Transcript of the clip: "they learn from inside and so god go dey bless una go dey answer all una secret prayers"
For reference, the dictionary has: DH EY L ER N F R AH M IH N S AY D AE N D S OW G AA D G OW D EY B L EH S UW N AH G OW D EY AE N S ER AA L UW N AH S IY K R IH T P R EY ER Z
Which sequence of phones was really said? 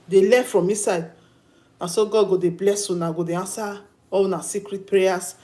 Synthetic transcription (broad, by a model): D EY L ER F R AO M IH S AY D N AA S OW G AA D G OW D EY B L EH S UW N AH G OW D EY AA N S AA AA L N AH S IY K R IH T P R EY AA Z